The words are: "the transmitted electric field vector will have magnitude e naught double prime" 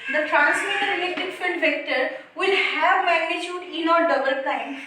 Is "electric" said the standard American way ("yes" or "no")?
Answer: no